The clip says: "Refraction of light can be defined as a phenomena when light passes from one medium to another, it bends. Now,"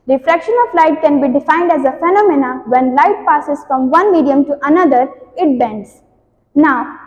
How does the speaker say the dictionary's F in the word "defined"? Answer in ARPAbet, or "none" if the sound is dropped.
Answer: F